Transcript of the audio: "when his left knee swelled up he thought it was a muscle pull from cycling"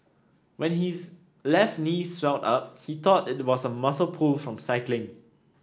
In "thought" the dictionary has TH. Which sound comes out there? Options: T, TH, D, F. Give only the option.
T